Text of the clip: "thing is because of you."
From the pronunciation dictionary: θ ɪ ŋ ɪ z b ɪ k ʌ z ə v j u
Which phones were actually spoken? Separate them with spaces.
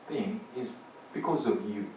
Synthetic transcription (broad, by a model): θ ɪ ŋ ɪ z b ɪ k ʌ z ə v j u